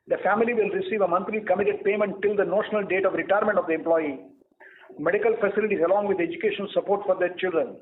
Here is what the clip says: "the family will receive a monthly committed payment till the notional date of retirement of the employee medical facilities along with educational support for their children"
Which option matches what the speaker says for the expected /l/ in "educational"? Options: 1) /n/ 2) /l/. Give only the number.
1